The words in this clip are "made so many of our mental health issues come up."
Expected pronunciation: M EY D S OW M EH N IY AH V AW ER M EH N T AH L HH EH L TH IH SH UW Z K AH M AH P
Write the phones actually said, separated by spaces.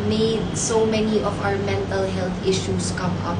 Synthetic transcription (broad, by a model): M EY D S OW M EH N IY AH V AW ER M EH N T AH L HH EH L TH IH SH UW S K AH M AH P